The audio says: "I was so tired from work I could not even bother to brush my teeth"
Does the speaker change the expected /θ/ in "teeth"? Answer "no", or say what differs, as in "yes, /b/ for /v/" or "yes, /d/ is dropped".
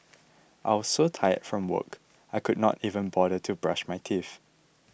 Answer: yes, /f/ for /θ/